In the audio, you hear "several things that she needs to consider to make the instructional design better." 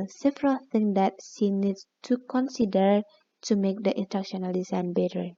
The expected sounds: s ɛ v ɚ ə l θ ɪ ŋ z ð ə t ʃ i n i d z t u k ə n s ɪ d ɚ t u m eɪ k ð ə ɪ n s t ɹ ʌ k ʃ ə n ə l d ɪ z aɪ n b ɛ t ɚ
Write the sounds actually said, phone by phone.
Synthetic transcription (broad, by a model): s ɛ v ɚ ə l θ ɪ ŋ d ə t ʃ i n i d s t u k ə n s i d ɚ t u m eɪ k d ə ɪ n t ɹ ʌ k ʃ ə n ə l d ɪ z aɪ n b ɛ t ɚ